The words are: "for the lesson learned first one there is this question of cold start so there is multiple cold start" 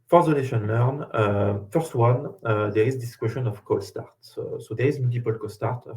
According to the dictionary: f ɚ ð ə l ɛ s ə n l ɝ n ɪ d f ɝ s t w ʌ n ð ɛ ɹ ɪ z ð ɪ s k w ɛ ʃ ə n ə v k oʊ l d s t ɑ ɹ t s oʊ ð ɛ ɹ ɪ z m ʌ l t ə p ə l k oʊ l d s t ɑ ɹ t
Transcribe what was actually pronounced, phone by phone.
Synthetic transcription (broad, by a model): f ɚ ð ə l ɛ ʃ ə n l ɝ n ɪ f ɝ s t w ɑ n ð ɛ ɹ ɪ z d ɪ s k w ɛ ʃ ə n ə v k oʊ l s t ɑ ɹ t s oʊ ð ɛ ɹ ɪ z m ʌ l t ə p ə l k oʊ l s t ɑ ɹ t